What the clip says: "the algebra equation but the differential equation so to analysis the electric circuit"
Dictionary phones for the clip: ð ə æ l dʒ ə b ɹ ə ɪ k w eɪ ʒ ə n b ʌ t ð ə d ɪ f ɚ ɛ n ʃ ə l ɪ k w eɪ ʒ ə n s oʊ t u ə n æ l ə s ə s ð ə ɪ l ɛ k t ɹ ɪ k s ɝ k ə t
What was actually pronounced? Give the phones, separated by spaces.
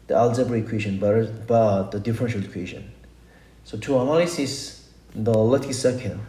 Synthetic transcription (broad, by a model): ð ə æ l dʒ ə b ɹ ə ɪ k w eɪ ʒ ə n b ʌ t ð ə d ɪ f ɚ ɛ n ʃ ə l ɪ k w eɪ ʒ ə n s oʊ t u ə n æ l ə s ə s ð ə l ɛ t ɪ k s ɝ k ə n